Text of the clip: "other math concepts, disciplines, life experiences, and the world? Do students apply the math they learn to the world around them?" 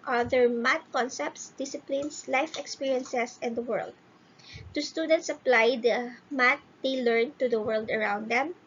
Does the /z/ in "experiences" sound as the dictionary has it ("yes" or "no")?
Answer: no